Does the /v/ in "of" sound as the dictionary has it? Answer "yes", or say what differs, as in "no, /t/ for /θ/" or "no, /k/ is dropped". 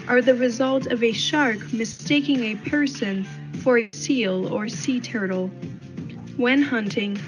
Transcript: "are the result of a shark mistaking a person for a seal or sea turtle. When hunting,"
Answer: yes